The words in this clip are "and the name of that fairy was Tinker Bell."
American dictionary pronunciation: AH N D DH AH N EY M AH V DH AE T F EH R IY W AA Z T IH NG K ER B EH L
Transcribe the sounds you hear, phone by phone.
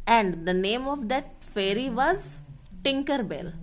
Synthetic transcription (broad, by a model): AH N D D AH N EY M AH V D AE T F EH R IY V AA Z T IH NG K ER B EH L